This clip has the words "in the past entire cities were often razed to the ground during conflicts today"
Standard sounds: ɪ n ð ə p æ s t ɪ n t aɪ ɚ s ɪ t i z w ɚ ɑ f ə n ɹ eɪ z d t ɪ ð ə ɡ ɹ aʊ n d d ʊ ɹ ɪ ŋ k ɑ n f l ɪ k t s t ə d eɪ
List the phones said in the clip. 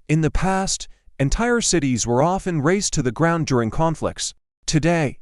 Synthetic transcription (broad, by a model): ɪ n ð ə p æ s t ɪ n t aɪ ɚ s ɪ t i z w ɚ ɑ f ə n ɹ eɪ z t ɪ ð ə ɡ ɹ aʊ n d d ʊ ɹ ɪ ŋ k ɑ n f l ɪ k t s t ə d eɪ